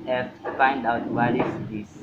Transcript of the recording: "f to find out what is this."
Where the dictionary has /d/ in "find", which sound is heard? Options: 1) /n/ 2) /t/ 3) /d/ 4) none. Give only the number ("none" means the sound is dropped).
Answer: 3